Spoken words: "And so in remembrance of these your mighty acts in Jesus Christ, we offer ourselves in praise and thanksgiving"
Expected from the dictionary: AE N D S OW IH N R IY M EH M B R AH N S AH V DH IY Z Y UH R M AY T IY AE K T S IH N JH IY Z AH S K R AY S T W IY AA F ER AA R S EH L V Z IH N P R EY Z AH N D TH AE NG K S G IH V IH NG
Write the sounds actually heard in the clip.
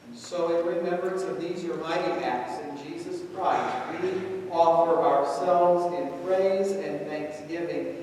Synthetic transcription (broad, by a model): S OW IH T R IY M EH M B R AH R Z AH V DH IY Z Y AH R M AY T IY AE K T S IH N JH IY Z AH S K R AY S T W IY AA F ER AA R S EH L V Z IH N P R EY Z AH N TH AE NG K S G IH V IH NG